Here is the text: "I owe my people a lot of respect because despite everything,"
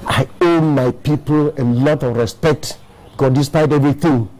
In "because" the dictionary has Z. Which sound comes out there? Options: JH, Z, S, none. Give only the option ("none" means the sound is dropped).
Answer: none